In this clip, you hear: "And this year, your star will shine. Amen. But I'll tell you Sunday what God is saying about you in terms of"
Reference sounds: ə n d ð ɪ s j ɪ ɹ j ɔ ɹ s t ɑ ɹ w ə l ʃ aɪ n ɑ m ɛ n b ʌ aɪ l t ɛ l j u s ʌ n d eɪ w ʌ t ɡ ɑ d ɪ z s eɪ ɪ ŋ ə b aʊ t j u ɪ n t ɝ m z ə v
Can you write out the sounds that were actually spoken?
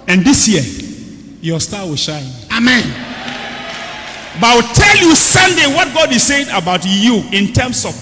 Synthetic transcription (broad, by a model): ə n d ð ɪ s j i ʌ j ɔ s t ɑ w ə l ʃ aɪ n ɑ m ɛ n b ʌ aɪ w t ɛ l j u s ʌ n d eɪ w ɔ t ɡ ɑ d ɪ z s eɪ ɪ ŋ ə b aʊ t j u ɪ n t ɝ m s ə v